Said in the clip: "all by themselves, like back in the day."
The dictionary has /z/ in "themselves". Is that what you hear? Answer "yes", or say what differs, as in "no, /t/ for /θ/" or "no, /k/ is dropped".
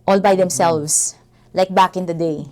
no, /s/ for /z/